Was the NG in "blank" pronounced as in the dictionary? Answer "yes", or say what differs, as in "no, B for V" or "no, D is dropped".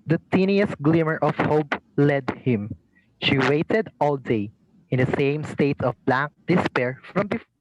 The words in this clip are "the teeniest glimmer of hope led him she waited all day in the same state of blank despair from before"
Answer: no, NG is dropped